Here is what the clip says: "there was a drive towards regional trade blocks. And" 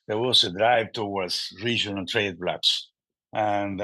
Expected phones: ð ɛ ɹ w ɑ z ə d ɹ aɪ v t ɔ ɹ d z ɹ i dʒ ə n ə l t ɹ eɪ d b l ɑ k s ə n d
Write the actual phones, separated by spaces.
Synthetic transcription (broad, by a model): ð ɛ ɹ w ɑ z ə d ɹ aɪ v t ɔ w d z ɹ i dʒ ə n ə l t ɹ eɪ d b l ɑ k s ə n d